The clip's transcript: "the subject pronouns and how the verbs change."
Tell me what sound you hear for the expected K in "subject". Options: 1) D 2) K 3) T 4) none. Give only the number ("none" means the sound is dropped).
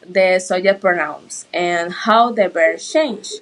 4